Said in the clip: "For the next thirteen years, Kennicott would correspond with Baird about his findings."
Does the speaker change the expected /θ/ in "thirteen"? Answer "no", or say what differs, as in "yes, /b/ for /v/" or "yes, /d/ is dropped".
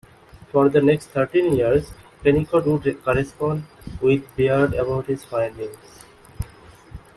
yes, /t/ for /θ/